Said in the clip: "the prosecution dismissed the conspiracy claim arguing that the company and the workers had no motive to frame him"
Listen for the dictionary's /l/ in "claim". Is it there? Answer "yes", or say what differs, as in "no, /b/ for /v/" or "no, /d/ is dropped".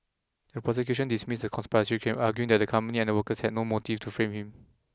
no, /l/ is dropped